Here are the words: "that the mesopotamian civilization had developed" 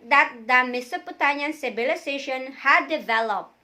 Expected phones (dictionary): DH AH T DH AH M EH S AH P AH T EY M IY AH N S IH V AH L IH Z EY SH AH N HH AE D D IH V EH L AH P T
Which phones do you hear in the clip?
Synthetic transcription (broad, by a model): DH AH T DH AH M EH S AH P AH T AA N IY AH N S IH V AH L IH S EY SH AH N HH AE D D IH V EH L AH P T